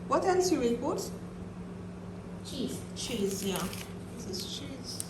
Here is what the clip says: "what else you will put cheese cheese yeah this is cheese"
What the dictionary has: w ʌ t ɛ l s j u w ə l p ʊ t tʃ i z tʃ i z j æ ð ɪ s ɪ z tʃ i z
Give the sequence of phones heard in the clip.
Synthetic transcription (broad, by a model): w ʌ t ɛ n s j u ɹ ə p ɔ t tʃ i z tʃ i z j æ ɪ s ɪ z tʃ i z